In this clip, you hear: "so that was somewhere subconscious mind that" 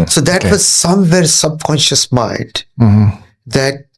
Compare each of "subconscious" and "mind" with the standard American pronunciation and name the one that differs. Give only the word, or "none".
none